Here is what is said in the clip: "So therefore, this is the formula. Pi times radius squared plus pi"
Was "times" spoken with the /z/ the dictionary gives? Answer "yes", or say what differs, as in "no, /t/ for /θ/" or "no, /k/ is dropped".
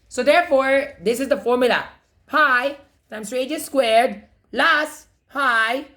no, /s/ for /z/